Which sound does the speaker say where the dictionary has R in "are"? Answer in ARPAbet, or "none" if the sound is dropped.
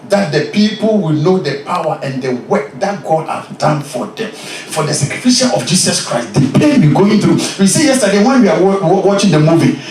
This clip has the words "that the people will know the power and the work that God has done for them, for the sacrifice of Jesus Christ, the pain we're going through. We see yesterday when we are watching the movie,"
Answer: W